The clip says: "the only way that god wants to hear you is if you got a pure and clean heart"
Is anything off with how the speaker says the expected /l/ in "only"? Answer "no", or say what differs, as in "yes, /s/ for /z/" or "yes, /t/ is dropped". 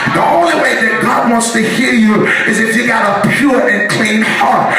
no